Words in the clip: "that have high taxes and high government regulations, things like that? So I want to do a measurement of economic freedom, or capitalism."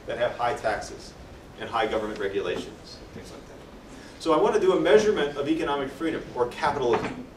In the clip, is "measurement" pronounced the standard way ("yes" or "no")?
yes